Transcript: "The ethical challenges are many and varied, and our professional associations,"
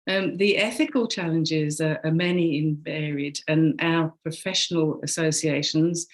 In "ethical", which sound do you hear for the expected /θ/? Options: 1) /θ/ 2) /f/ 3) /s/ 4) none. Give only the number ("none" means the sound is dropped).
1